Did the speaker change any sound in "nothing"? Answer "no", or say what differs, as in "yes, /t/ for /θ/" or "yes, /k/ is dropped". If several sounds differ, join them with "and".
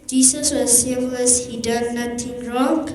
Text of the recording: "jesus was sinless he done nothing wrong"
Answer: yes, /t/ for /θ/